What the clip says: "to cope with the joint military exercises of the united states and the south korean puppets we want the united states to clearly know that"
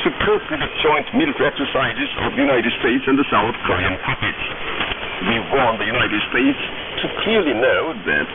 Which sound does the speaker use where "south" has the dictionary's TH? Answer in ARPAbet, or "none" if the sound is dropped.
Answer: TH